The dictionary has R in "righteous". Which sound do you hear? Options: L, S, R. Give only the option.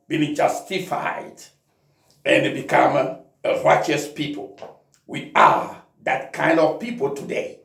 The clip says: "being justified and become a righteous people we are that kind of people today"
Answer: R